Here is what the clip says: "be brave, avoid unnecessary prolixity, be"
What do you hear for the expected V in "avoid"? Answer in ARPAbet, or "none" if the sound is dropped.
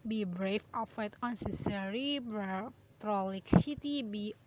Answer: F